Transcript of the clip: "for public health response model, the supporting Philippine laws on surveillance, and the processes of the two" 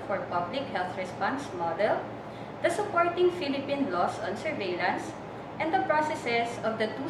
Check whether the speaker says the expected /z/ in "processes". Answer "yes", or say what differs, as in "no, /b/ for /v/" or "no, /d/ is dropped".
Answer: no, /s/ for /z/